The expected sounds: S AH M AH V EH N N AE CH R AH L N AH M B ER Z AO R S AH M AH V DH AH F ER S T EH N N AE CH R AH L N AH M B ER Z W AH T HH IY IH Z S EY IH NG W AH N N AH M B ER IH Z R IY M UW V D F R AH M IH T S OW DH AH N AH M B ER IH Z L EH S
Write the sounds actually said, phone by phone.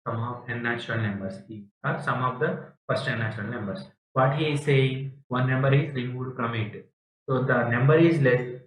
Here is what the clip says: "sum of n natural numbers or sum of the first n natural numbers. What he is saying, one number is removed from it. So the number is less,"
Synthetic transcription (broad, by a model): S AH M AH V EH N N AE CH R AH L N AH M B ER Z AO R S AH M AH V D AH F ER S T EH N N AE CH R AH L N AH M B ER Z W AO T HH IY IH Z S EY IH NG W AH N N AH M B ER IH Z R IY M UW D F R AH M IH T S OW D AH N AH M B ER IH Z L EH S